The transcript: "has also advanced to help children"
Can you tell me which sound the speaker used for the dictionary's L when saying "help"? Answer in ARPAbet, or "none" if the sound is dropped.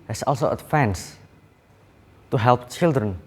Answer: L